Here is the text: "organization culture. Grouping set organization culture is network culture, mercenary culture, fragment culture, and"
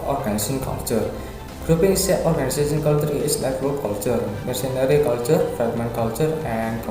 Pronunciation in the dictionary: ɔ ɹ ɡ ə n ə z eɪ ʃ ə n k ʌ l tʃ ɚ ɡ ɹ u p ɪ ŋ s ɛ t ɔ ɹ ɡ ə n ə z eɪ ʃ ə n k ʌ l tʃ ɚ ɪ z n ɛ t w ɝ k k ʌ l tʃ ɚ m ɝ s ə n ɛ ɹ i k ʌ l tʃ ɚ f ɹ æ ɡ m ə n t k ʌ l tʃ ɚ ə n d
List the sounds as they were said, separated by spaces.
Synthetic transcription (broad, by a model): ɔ ɹ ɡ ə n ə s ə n k ʌ l tʃ ɚ ɡ ɹ u p ɪ ŋ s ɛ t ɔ ɹ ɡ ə n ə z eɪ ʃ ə n k ʌ l tʃ ɚ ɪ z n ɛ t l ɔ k k ʌ l tʃ ɚ m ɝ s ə n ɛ ɹ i k ʌ l tʃ ɚ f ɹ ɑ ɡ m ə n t k ʌ l tʃ ɚ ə n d